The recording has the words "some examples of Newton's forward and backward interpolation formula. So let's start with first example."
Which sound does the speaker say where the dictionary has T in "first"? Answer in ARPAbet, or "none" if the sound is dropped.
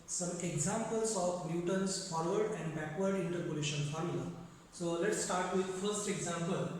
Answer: T